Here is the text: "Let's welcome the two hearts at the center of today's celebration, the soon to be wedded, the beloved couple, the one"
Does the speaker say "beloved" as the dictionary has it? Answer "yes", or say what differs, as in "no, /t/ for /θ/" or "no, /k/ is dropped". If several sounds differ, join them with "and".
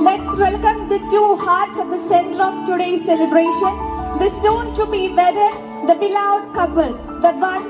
no, /v/ is dropped